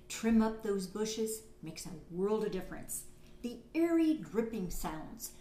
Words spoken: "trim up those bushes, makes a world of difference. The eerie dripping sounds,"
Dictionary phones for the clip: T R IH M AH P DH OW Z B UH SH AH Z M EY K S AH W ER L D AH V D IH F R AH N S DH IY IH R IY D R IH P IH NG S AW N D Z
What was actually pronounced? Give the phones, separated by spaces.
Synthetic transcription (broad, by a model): T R IH M AH P DH OW Z B UH SH AH Z M EY K S AH W ER L D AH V D IH F R AH N S DH IY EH R IY D R IH P IH NG S AW N D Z